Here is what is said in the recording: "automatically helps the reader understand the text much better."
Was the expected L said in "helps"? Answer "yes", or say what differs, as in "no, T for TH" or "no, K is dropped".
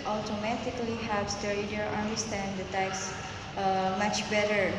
no, L is dropped